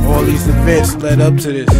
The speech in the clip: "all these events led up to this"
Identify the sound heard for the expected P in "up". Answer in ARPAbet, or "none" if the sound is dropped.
P